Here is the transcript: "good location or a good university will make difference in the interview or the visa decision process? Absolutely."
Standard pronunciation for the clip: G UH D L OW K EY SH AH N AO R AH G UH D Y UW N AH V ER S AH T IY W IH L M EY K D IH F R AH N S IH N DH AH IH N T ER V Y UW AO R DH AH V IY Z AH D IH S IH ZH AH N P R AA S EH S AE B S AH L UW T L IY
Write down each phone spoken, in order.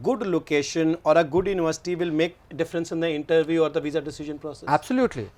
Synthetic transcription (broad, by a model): G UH D L OW K EY SH AH N AO R AH G UH D Y UW N AH V ER S AH T IY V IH L M EY K D IH F R AH N S IH N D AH IH N T ER V Y UW AO R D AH V IY Z AH D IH S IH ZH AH N P R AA S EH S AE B S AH L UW T L IY